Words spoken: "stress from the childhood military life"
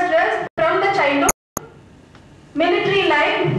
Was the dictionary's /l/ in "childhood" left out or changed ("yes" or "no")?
yes